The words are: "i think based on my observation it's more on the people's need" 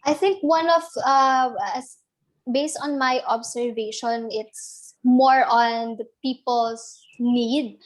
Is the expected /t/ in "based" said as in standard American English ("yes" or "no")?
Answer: yes